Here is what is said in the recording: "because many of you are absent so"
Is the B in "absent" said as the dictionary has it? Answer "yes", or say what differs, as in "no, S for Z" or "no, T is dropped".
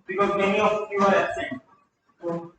no, B is dropped